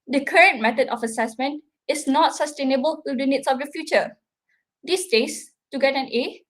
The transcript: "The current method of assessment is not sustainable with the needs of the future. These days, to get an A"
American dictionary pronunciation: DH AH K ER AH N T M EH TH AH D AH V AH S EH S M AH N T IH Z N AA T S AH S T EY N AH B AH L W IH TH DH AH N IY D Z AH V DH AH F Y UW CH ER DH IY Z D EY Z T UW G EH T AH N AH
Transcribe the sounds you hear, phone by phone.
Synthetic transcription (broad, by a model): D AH K ER AH N T M EH T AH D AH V AH S EH S M AH N T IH S N AA T S AH S T EY N AH B AH L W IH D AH N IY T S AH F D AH F Y UW CH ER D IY S D EY S T UW G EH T AH N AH